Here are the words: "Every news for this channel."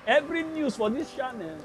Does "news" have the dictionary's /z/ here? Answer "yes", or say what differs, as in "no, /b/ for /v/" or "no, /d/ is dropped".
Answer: no, /s/ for /z/